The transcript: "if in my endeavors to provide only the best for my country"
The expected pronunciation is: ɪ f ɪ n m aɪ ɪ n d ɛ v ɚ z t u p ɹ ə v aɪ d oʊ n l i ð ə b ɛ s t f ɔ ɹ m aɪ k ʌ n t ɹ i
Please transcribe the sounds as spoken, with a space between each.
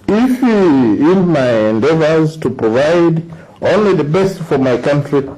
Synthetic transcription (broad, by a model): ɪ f ɪ n m aɪ ɪ n d ɛ v ɚ z t u p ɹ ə v aɪ d oʊ n l i ð ə b ɛ s t f ɔ ɹ m aɪ k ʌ n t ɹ i